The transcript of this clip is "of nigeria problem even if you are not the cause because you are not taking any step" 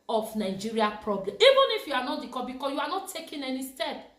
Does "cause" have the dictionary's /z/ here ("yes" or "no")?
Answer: no